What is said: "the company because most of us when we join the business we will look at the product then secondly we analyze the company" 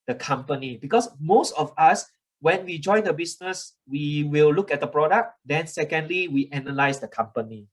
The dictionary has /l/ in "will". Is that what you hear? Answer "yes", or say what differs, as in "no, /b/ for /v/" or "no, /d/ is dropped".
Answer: yes